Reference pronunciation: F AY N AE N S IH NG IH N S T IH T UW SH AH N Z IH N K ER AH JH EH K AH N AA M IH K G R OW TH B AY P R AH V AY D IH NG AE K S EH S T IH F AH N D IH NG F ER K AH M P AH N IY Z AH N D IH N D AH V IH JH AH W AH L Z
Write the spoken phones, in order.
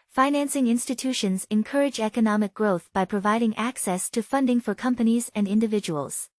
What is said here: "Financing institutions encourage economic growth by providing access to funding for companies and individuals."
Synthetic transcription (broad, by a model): F AY N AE N S IH NG IH N S T IH T UW SH AH N Z IH N K ER AH JH EH K AH N AA M IH K G R OW TH B AY P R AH V AY D IH NG AE K S EH S T IH F AH N D IH NG F ER K AH M P AH N IY Z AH N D IH N D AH V IH JH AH W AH L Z